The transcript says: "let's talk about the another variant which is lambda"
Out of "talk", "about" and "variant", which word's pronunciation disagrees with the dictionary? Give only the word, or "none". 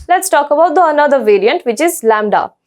none